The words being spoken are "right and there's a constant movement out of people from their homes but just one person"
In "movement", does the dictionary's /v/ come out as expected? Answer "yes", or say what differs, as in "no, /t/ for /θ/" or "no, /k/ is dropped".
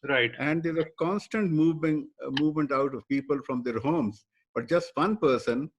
yes